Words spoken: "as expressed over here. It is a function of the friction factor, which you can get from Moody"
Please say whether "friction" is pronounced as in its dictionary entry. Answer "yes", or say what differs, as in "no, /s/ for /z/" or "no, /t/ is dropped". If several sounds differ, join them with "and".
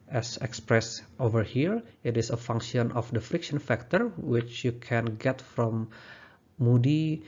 yes